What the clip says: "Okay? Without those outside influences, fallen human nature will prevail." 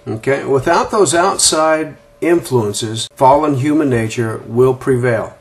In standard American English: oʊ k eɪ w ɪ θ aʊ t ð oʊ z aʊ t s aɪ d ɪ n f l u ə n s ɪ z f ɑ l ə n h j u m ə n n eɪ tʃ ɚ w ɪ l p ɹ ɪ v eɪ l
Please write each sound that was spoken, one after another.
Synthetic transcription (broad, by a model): oʊ k eɪ w ɪ θ aʊ t ð oʊ z aʊ t s aɪ d ɪ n f l u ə n s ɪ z f ɑ l ə n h j u m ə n n eɪ tʃ ɚ w ɪ l p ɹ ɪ v eɪ l